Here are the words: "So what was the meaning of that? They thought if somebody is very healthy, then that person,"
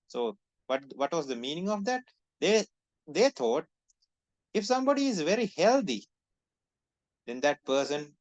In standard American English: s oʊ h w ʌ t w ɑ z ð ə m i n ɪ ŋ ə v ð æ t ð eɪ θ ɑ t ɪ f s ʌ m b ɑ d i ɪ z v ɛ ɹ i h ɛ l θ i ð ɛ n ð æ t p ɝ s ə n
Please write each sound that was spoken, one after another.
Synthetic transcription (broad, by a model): s oʊ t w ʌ t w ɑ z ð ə m i n ɪ ŋ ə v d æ t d eɪ t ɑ t ɪ f s ʌ m b ɑ d i ɪ z v ɛ ɹ i h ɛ l t i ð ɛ n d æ t p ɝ s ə n